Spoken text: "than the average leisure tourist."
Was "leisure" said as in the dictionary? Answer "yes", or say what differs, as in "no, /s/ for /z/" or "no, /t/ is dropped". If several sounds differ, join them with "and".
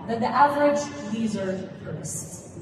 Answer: no, /z/ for /ʒ/